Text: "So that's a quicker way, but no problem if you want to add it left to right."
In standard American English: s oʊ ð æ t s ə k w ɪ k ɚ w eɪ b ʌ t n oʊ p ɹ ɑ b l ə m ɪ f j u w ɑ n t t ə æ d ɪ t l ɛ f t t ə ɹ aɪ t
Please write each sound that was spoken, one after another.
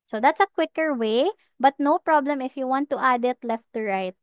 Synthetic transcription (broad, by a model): s oʊ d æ t s ə k w ɪ k ɚ w eɪ b ʌ t n oʊ p ɹ ɑ b l ə m ɪ f j u w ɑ n t t ə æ d ɪ t l ɛ f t t ə ɹ aɪ t